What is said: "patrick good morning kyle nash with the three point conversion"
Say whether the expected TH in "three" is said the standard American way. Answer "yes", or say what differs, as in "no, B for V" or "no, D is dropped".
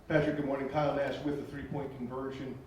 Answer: yes